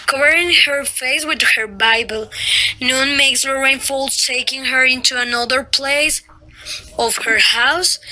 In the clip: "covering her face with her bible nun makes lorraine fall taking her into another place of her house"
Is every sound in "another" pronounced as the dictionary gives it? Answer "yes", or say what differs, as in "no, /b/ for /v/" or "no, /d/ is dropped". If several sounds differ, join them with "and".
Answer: yes